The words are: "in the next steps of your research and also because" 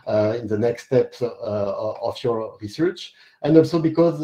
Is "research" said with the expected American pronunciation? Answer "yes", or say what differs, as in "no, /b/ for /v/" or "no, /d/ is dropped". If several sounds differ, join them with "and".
yes